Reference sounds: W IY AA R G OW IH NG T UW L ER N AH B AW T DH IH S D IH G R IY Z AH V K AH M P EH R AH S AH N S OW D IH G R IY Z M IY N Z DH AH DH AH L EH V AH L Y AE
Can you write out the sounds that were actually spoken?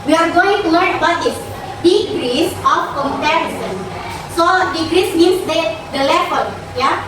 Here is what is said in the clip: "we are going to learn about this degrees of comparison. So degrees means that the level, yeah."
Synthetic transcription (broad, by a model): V IY AA R G OW IH NG T UW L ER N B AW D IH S D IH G R IY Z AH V K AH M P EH R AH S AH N S OW D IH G R IY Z M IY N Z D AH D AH L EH F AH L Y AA